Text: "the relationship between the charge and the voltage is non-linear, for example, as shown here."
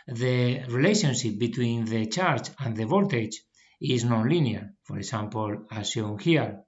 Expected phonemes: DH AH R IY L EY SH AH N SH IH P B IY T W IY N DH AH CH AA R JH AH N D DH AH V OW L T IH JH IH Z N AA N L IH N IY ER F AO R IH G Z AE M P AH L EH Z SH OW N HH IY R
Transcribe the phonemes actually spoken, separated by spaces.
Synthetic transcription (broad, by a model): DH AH R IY L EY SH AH N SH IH P B IY T W IY N DH AH CH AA R CH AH N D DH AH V OW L T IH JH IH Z N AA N L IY N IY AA F AO R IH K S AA M P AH L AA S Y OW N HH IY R